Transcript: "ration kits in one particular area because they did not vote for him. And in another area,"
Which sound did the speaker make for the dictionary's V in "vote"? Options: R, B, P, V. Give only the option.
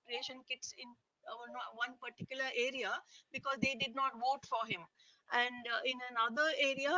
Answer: V